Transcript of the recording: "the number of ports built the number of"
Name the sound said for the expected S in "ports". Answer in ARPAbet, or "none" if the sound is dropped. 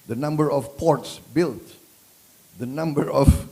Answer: S